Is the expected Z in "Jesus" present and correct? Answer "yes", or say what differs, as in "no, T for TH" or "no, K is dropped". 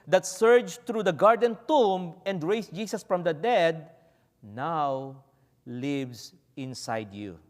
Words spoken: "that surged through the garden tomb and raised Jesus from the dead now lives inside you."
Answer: no, S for Z